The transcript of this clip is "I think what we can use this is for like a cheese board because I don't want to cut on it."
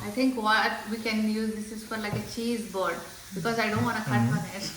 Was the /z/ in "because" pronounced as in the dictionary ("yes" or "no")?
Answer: yes